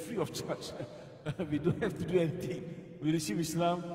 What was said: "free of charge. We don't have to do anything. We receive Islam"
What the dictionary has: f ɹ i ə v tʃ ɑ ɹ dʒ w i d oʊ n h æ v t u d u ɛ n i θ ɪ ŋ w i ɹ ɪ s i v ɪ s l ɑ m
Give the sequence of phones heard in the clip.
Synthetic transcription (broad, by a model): f ɹ i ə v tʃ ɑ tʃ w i d oʊ n h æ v t u d u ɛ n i t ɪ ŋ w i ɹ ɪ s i p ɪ s l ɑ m